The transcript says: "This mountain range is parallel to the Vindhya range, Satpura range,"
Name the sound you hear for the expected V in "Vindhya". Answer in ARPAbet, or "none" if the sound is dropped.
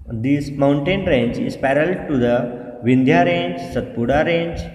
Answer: V